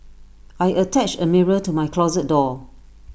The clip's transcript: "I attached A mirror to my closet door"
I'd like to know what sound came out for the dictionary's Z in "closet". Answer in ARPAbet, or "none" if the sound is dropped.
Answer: Z